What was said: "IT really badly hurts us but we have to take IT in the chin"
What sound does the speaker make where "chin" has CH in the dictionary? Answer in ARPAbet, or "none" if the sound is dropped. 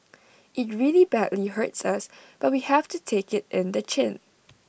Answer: CH